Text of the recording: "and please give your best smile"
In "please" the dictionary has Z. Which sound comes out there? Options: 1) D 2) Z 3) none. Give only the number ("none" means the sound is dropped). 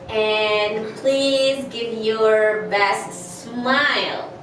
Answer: 2